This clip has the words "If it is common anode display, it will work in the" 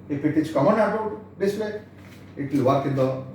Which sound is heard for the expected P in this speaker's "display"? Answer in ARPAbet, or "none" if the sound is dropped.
none